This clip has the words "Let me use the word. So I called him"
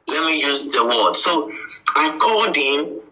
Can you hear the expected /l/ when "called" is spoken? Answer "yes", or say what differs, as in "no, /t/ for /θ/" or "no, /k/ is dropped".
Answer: no, /l/ is dropped